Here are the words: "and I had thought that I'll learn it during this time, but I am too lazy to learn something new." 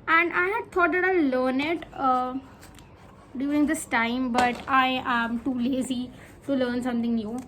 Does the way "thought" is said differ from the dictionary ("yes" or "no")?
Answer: yes